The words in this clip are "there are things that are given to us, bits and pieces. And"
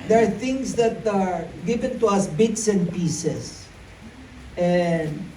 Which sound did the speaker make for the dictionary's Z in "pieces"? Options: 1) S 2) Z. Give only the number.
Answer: 1